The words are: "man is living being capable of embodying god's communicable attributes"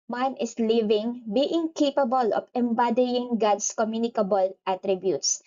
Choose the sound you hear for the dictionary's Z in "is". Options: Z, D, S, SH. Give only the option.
S